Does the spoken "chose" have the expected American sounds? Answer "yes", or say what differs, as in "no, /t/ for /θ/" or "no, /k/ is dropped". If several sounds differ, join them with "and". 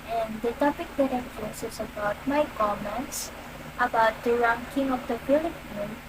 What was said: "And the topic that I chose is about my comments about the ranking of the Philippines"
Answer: no, /s/ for /z/